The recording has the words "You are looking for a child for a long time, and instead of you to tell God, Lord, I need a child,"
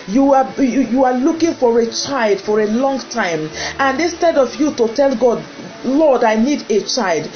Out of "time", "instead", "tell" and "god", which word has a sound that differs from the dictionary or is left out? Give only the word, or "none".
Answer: none